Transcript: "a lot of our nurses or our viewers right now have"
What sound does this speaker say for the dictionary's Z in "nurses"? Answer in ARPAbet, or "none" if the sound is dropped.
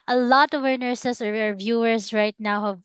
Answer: S